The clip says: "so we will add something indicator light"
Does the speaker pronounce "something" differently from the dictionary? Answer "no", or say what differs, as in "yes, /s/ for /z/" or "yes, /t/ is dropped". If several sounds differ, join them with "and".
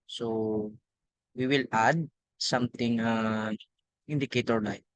yes, /t/ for /θ/